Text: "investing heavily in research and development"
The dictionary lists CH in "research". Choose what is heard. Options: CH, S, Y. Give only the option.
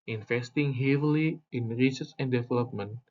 S